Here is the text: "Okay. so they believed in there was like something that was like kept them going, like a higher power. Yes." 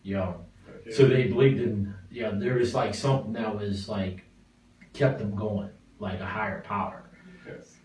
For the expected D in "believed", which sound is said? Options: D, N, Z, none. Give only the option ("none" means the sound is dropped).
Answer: D